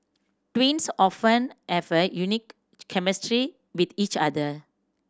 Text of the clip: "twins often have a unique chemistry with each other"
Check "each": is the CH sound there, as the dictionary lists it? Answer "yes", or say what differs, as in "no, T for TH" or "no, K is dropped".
yes